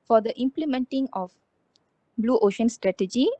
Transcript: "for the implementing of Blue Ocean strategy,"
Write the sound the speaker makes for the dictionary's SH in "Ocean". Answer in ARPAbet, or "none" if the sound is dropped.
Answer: SH